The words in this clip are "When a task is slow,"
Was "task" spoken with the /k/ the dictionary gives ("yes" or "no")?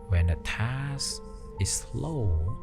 no